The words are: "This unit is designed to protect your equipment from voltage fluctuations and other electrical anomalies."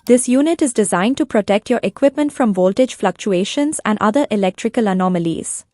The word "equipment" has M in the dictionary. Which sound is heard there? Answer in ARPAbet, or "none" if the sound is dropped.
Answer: M